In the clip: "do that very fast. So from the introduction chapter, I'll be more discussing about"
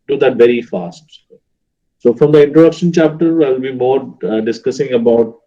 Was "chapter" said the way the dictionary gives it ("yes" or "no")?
yes